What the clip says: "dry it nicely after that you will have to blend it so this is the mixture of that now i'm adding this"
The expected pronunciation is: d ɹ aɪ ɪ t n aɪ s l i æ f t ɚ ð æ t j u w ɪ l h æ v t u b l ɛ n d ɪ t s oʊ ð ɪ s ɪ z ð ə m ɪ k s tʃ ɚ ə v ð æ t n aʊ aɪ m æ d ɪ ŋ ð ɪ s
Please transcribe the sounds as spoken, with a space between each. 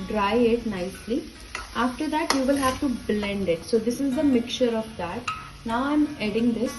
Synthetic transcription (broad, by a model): d ɹ aɪ ɪ t n aɪ s l i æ f t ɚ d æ t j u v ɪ l h æ v t u b l ɛ n d ɪ t s oʊ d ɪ s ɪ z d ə m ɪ k tʃ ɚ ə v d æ t n aʊ aɪ m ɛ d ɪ ŋ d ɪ s